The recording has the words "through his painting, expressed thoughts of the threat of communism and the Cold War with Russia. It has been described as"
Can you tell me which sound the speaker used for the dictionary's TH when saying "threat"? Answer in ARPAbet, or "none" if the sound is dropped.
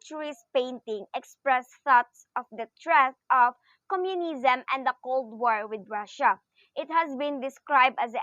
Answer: T